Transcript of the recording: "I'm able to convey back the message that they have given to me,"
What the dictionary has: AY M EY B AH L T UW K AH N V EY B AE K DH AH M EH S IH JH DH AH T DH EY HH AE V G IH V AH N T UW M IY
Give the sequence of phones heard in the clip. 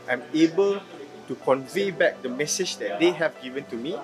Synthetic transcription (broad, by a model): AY M EY B AH L T UW K AH N V EY B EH K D AH M EH S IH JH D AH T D EY HH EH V G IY V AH N T UW M IY